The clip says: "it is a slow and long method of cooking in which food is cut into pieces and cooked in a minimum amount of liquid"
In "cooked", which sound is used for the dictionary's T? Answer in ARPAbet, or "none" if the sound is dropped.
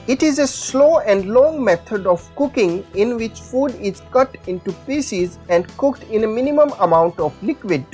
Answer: T